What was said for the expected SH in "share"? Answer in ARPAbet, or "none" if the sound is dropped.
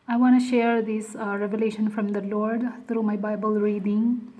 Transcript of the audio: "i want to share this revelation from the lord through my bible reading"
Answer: SH